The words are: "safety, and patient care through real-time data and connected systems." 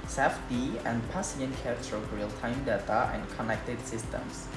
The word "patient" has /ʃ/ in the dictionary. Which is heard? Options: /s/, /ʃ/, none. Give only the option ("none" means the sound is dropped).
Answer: /s/